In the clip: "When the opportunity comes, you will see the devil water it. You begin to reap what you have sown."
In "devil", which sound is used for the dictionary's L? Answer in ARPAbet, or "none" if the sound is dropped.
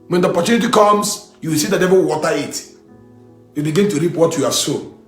W